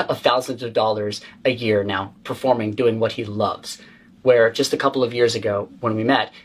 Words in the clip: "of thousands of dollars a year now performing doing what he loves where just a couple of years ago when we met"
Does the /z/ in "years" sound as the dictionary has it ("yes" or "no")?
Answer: yes